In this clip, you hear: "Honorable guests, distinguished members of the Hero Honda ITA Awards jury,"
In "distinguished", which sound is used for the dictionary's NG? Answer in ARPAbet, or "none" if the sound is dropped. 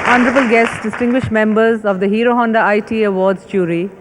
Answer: NG